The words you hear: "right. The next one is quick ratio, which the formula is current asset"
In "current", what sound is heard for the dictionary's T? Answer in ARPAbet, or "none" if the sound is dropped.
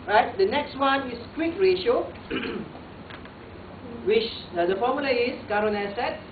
none